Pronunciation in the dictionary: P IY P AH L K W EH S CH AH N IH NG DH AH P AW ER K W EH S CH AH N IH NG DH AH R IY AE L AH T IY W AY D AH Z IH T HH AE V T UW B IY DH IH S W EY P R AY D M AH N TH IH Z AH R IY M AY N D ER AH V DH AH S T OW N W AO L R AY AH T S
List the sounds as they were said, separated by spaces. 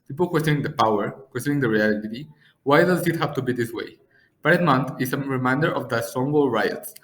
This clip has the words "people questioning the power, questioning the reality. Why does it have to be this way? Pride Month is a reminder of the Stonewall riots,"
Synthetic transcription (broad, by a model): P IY P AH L K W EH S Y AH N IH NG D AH P AW ER K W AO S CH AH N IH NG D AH R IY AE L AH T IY W AY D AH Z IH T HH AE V T UW B IY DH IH S W EY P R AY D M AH N T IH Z AH R IY M AY N D ER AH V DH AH S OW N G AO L R AY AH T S